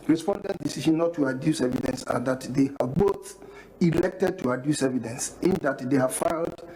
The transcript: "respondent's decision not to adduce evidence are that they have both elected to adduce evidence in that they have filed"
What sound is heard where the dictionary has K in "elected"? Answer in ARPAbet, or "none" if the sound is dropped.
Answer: K